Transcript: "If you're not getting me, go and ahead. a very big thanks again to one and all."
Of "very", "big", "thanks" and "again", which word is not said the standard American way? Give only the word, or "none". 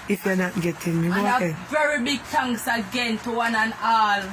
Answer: thanks